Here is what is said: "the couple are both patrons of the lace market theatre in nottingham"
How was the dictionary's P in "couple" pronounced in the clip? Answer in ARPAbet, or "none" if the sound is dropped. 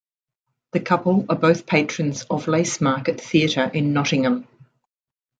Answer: P